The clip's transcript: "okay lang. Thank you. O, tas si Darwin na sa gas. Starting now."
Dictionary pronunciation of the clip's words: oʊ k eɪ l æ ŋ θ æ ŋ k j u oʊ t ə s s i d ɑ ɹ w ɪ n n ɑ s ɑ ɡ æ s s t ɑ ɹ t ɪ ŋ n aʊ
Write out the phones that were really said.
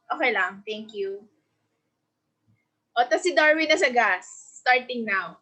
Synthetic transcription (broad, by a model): oʊ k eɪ l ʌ ŋ t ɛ ŋ k j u oʊ t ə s s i d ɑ ɹ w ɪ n n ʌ s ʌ ɡ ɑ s s t ɑ ɹ t ɪ ŋ n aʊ